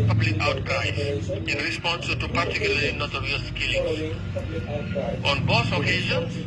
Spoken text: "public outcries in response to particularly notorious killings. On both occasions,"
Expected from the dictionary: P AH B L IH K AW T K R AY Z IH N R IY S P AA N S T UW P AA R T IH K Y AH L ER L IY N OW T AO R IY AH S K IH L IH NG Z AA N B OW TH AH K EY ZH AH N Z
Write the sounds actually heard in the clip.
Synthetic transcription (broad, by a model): P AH B L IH K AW T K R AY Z IH N R IY S P AA N S T UW P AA R T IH K Y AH L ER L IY N OW T AO R IY AH S K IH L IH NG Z AA N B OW S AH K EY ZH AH N